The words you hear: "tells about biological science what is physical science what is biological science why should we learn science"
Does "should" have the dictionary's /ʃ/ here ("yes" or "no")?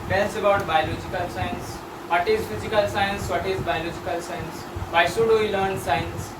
no